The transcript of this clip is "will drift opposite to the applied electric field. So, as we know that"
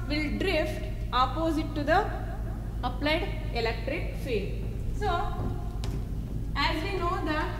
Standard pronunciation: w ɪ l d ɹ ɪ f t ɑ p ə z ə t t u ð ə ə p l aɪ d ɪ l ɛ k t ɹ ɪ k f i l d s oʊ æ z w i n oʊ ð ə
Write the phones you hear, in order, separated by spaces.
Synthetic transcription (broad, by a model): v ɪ l d ɹ ɪ f t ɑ p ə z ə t t u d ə ə p l aɪ d ɪ l ɛ k t ɹ ɪ k f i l s oʊ æ z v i n oʊ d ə